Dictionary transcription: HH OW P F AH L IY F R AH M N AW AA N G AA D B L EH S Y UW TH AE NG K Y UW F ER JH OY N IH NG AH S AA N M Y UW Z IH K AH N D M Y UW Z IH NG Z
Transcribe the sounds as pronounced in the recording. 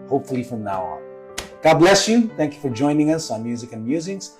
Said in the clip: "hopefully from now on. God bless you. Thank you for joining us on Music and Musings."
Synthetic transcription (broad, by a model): HH OW P F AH L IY F R AH M N AW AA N G AA D B L EH S Y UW TH AE NG K Y UW F ER JH OY N IH NG AH S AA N M Y UW Z IH K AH N M Y UW Z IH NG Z